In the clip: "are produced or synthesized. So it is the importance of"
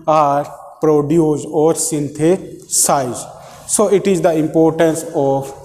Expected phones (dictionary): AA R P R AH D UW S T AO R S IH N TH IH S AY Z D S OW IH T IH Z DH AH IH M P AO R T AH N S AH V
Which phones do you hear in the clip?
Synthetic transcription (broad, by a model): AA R P R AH D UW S AO R S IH N T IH S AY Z S OW IH T IH Z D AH IH M P AO R T AH N S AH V